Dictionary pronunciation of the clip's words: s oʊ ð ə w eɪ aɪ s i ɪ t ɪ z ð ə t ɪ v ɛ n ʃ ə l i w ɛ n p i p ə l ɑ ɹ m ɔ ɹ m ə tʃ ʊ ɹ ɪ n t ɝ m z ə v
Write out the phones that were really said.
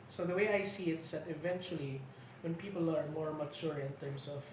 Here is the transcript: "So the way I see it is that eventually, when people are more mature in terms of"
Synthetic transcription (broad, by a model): s oʊ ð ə w eɪ aɪ s i ɪ t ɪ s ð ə t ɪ v ɛ n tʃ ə l i w ɛ n p i p ə l ɑ ɹ m ɔ ɹ m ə tʃ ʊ ɹ ɪ n t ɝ m s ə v